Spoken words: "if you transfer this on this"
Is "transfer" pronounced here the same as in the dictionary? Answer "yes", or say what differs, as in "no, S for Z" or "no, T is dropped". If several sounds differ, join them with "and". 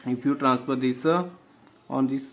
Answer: no, P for F